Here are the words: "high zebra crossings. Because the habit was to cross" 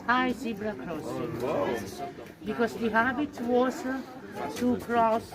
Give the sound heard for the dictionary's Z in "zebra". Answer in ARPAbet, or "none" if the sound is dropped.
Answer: S